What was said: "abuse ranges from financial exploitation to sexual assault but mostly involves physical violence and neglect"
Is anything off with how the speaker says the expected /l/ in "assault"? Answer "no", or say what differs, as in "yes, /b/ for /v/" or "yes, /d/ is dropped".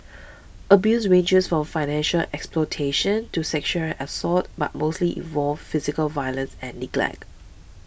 yes, /l/ is dropped